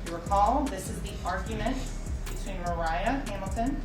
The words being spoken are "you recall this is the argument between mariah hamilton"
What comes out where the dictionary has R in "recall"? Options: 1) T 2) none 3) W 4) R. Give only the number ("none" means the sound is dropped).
3